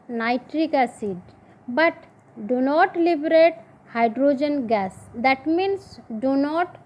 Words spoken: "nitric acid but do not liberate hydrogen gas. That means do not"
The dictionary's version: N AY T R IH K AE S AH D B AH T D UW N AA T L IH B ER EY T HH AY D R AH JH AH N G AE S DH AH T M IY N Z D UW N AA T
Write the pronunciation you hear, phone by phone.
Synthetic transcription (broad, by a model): N AY T R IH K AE S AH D B AH T D UW N AA T L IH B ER EY T HH AY D R AH JH AH N G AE S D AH T M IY N S D UW N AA T